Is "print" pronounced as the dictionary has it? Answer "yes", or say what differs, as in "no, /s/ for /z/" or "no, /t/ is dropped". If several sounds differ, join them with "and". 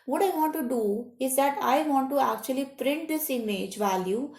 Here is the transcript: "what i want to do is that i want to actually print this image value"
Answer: yes